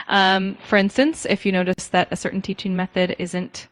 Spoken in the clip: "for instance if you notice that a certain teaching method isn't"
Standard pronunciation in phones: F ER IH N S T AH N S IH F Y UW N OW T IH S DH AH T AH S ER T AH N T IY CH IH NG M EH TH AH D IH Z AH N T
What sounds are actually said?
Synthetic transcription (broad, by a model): F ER IH N S T AH N S IH F Y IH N OW T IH S DH AH T AH S ER T N T IY CH IH NG M EH TH AH D IH Z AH N T